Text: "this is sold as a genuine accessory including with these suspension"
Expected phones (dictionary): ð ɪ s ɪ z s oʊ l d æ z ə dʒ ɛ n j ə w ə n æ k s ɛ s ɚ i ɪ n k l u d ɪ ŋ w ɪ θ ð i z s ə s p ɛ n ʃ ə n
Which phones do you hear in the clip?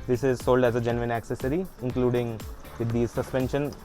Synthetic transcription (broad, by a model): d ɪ s ɪ z s oʊ l d æ z ə dʒ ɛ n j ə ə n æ k s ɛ s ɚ i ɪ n k l u d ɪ ŋ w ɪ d i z s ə s p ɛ n ʃ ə n